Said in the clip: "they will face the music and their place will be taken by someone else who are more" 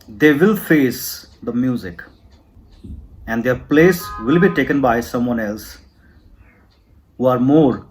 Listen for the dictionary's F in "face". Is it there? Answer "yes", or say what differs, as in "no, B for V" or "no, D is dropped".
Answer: yes